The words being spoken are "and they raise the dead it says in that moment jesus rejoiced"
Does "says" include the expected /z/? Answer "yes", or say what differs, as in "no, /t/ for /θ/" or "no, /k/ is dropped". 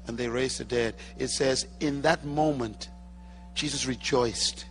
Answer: yes